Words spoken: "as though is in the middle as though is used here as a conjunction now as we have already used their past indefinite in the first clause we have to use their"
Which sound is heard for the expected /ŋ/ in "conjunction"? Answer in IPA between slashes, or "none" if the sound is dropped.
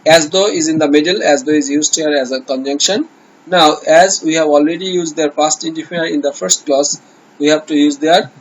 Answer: /ŋ/